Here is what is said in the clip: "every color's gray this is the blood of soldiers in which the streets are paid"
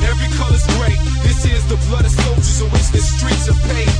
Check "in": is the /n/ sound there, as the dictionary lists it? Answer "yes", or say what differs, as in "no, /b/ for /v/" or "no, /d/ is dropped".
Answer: no, /l/ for /n/